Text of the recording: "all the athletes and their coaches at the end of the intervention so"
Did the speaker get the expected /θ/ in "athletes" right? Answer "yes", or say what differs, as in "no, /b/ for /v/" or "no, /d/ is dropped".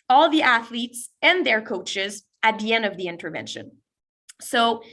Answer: yes